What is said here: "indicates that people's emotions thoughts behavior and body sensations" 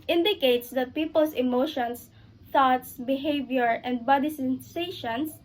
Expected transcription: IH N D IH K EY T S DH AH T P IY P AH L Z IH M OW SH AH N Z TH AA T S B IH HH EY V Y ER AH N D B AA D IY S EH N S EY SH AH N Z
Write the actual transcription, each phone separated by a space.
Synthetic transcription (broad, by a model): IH N D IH K EY T S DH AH T P IY P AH L S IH M OW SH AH N S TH AA T S B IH HH EY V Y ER AH N D B AA D IY S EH N S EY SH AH N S